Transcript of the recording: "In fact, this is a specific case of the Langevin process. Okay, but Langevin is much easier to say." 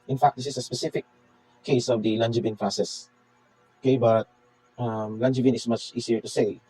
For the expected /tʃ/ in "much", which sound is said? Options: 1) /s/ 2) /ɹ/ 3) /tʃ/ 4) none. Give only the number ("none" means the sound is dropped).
3